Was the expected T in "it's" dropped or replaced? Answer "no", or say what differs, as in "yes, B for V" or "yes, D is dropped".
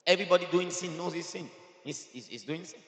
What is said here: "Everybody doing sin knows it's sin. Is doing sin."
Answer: yes, S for T